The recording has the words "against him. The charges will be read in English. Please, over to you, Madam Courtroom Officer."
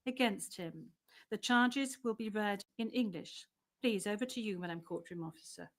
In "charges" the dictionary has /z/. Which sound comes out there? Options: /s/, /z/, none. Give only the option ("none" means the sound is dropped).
/z/